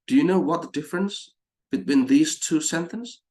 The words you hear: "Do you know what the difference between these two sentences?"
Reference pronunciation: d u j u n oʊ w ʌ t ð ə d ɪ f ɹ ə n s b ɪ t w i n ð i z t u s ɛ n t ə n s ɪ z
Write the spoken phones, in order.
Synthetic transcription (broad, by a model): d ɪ j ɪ n oʊ w ʌ t ð ə d ɪ f ɹ ə n s b ɪ t w i n ð i z t u s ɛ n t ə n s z